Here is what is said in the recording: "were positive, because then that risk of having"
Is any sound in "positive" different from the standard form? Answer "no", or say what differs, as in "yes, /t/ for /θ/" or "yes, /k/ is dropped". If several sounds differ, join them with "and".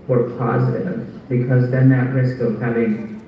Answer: no